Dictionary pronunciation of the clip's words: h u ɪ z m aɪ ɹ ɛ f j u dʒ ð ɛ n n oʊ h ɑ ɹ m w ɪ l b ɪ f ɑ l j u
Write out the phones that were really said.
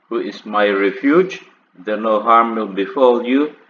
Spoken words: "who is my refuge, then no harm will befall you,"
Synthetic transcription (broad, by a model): h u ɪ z m aɪ ɹ ɛ f j u dʒ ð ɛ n n oʊ h ɑ ɹ m w ɪ l b ɪ f ɑ l j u